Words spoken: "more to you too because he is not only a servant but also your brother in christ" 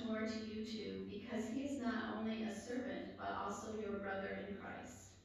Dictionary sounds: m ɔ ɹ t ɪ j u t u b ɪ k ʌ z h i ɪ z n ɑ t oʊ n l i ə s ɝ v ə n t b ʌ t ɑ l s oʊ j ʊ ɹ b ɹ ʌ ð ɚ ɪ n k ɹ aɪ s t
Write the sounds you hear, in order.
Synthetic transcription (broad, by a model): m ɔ ɹ t ɪ j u t u b ɪ k ʌ z h i ɪ z n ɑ t oʊ n l i ə s ɝ v ə n t b ʌ t ɑ l s oʊ j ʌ ɹ b ɹ ʌ ð ɚ ɪ n k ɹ aɪ s t